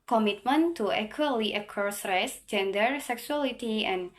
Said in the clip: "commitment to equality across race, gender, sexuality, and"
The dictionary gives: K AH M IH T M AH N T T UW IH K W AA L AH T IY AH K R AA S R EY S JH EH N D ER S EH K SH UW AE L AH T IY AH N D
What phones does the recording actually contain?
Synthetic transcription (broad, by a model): K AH M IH T M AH N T T UW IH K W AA L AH T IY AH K AA S R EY S JH EH N D ER S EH K S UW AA L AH T IY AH N